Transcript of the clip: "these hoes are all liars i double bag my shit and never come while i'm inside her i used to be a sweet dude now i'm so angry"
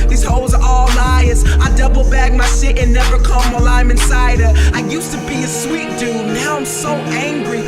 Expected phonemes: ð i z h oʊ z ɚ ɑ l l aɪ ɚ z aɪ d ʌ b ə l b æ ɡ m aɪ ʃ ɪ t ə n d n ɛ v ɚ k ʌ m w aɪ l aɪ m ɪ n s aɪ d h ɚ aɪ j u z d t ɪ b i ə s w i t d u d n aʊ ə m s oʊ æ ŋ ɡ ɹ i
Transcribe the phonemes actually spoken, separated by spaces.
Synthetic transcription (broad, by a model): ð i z h oʊ z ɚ ɑ l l aɪ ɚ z aɪ d ʌ b l b æ ɡ m aɪ s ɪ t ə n n ɛ v ɚ k ʌ m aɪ l aɪ m ɪ n s aɪ d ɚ aɪ j u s t ɪ b i ə s w i t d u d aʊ ə m s oʊ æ ŋ ɡ ɹ i